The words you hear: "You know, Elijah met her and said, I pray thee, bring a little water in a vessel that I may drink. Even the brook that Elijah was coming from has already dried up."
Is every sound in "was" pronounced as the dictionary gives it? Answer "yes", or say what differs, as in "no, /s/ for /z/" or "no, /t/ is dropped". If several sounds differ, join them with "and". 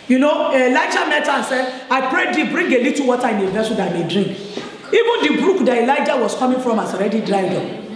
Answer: no, /s/ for /z/